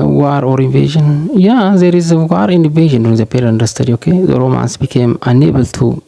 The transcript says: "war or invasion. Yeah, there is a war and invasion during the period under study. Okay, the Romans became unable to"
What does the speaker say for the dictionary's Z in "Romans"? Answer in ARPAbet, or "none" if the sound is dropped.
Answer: S